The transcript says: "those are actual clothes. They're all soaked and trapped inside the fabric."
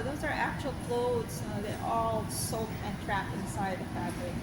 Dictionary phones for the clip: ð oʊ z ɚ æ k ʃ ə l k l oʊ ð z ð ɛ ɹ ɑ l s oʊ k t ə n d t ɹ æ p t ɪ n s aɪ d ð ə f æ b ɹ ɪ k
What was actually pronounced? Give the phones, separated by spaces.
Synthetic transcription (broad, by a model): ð oʊ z ɚ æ k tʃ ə l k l oʊ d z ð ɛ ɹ ɑ l s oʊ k ə n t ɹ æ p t ɪ n s aɪ d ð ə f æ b ɹ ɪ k